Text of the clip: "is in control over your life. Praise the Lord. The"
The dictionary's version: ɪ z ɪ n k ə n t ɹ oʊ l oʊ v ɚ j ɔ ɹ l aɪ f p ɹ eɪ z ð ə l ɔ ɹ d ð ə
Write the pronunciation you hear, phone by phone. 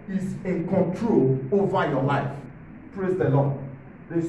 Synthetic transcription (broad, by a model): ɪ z ɪ n k ə n t ɹ oʊ l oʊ v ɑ j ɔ l aɪ f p ɹ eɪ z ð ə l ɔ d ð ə